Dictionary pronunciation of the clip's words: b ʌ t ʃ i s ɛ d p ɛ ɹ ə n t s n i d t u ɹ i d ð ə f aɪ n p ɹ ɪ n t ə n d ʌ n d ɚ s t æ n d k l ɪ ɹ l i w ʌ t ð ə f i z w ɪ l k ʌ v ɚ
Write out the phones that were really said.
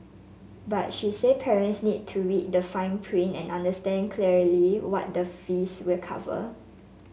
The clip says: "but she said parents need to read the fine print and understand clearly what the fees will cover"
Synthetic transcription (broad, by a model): b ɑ t ʃ i s ɛ d p ɛ ɹ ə n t s n i d t u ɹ i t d ə f aɪ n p ɹ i n ə n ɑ n d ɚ s t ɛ n k l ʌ ɹ l i w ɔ t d ə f i s w ɪ l k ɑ v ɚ